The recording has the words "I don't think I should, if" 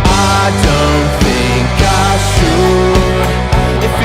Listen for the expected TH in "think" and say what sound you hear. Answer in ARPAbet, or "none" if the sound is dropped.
TH